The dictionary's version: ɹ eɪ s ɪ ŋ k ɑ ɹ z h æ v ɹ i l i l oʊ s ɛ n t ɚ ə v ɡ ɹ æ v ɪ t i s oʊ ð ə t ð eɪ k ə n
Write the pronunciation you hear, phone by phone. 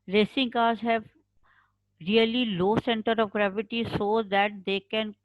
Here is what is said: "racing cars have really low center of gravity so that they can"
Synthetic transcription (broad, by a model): ɹ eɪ s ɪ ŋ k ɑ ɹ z h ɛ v ɹ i l i l oʊ s ɛ n t ɚ ə v ɡ ɹ æ v ɪ t i s oʊ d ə t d eɪ k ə n